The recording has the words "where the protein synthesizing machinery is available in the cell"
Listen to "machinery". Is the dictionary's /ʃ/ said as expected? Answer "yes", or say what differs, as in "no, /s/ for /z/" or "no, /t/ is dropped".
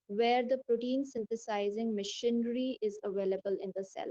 yes